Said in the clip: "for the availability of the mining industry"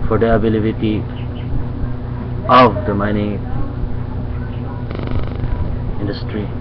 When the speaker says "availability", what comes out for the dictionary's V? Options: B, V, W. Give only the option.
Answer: B